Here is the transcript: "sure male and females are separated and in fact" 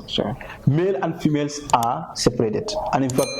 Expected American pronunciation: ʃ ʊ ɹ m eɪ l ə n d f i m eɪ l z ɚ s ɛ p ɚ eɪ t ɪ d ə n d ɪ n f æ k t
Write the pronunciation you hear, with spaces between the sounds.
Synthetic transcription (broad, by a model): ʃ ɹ m eɪ l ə n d f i m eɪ l s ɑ s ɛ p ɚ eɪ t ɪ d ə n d ɪ n f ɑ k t